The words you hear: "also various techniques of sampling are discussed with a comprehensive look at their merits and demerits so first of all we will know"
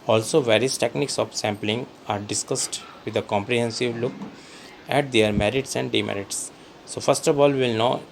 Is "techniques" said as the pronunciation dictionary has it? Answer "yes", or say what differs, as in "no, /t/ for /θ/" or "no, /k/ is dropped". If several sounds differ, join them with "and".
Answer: yes